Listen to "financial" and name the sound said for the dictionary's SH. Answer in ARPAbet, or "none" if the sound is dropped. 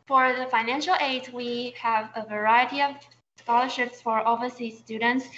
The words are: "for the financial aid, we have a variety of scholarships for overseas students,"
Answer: SH